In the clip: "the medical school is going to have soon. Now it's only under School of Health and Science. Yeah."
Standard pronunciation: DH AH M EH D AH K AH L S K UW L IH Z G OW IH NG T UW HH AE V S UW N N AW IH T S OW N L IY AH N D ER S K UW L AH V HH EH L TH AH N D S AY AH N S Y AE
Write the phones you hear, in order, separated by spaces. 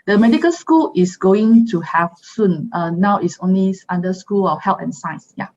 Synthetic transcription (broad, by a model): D AH M EH D AH K AH L S K UW L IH S G OW IH NG T UW HH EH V S UW N N AW IH T S OW N L IY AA N D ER S K UW L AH F HH EH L T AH N S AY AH S Y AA